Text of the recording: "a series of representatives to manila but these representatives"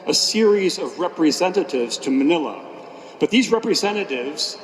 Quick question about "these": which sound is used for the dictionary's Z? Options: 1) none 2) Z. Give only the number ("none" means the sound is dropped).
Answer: 2